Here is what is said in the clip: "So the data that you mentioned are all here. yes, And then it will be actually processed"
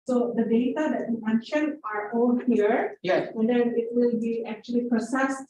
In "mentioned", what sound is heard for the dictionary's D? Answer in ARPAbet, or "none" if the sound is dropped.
none